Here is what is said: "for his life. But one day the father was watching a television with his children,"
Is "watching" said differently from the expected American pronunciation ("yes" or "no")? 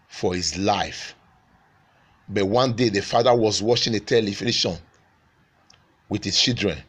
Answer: yes